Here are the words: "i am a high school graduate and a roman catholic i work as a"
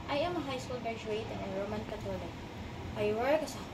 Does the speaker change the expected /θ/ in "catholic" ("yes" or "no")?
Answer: yes